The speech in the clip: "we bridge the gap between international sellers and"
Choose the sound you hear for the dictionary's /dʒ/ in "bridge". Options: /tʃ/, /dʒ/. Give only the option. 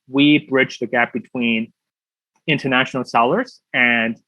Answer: /dʒ/